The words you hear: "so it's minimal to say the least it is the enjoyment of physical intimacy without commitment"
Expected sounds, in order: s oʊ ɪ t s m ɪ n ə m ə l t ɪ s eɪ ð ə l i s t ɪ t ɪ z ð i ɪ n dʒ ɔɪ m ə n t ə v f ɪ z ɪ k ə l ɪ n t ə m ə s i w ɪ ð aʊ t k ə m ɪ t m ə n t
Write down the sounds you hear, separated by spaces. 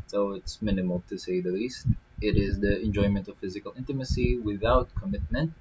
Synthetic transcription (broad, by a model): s oʊ ɪ t s m ɪ n ə m ə l t ɪ s eɪ ð ə l i s t ɪ t ɪ z ð i ɪ n dʒ ɔɪ m ə n t ə v f ɪ z ɪ k ə l ɪ n t ə m ə s i w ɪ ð aʊ t k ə m ɪ t m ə n t